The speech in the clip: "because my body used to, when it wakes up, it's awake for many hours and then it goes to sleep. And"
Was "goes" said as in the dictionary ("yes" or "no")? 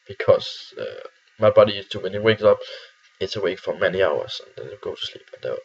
no